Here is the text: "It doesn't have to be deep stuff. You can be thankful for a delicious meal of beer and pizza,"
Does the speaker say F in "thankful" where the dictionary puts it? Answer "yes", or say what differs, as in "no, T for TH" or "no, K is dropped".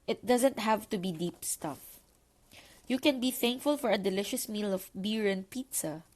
yes